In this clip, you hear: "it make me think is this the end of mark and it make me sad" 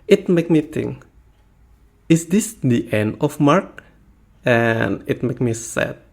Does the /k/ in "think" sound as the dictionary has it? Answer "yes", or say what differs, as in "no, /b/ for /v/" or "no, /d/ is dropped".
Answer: no, /k/ is dropped